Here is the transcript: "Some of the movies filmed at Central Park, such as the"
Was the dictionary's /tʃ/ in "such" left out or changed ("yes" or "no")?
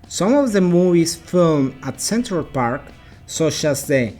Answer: no